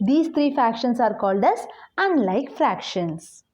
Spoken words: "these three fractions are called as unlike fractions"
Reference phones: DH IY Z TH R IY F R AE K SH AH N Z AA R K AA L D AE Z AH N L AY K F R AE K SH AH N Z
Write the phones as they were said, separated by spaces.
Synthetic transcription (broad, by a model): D IY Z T R IY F R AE K SH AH N S AA R K AA L D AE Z AH N L AY K F R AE K SH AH N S